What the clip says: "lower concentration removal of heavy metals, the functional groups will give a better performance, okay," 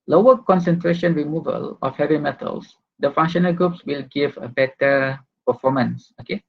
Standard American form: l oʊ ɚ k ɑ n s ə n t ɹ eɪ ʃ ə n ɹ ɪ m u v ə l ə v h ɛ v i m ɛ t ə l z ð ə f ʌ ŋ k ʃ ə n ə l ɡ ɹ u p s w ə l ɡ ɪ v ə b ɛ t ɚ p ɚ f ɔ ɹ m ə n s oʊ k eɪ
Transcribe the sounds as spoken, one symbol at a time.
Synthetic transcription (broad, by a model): l oʊ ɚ k ɑ n s ə n t ɹ eɪ ʃ ə n ɹ ɪ m u v ə l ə f h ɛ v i m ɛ t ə l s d ə f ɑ ŋ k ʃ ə n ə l ɡ ɹ u p s w ə l ɡ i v ə b ɛ t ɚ p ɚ f ɔ m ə n s oʊ k eɪ